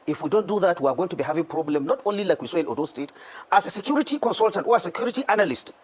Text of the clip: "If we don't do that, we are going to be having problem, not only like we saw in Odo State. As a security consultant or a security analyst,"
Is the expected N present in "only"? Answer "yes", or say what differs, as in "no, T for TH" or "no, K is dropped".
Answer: yes